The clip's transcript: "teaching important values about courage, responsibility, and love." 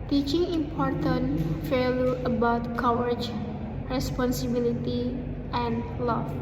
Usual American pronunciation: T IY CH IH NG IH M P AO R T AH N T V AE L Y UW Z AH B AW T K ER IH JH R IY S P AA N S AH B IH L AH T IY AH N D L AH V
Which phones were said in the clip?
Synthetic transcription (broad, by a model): T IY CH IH NG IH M P AO R T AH N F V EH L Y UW AH B AW T K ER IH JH R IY S P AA N S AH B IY L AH T IY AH N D L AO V